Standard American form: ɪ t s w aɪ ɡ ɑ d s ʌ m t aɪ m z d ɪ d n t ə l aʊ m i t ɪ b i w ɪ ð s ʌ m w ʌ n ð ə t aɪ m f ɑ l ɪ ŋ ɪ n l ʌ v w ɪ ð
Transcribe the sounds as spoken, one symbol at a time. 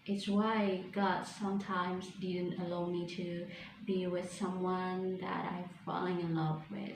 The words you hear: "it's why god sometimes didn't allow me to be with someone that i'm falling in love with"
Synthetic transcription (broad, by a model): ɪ t s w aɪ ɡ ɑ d s ʌ m t aɪ m z d ɪ d n t ə l aʊ m i t ɪ b i w ɪ ð s ʌ m w ʌ n ð ə t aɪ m f ɑ l ɪ ŋ ɪ n l ʌ v w ɪ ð